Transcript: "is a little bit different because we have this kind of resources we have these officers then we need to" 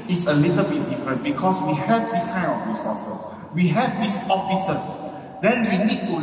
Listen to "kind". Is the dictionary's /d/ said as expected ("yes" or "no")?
no